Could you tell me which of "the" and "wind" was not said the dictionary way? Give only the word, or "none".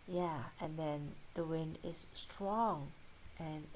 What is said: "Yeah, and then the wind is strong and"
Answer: none